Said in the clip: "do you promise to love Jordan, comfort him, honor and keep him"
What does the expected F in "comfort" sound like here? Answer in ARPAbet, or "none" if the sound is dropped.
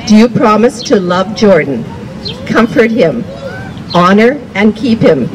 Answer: F